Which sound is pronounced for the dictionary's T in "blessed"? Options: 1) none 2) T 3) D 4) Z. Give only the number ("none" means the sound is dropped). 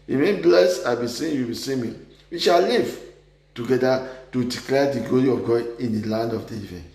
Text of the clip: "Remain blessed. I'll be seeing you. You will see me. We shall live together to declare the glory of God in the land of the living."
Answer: 1